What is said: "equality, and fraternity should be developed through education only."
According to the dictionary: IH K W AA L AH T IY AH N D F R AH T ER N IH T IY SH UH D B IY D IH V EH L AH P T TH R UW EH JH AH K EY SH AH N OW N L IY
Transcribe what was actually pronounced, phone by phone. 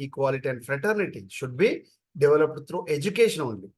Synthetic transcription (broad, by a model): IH K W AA L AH T IY AH N D F R AH T ER N IH T IY SH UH D B IY D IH V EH L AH P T T R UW EH JH AH K EY SH AH N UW N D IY